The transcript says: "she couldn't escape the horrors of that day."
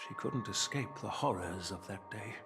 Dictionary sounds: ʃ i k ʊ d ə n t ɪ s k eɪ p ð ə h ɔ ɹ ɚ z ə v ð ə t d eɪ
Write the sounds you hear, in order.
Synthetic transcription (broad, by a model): ʃ i k ʊ d n t ɪ s k eɪ p ð ə h ɔ ɹ ɚ z ə v ð ə t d eɪ